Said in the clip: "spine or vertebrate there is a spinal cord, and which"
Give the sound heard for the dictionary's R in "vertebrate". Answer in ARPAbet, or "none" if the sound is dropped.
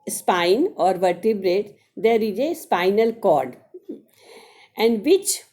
R